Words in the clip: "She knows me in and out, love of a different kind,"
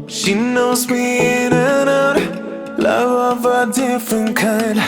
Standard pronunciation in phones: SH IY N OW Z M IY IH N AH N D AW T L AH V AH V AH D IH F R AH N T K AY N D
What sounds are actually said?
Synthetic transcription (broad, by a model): SH IY N OW Z M IY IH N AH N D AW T L AH V AH V AH D IH F R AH N K AY N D